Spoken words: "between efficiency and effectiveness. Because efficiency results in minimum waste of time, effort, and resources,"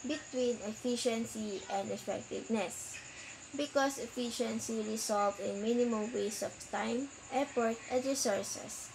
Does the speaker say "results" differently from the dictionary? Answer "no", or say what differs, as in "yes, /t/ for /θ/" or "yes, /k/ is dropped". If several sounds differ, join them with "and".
yes, /s/ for /z/